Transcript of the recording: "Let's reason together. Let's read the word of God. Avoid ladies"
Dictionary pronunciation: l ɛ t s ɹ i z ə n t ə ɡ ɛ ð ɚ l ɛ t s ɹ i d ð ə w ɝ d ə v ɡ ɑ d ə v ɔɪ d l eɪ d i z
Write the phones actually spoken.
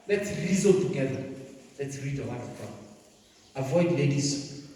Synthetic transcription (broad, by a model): l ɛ t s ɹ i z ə t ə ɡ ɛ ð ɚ l ɛ t s ɹ i d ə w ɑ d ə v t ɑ ə v ɔɪ d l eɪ d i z